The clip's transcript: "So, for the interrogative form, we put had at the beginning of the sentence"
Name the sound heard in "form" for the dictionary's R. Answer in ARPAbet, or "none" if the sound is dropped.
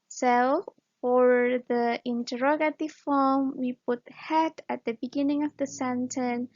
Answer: L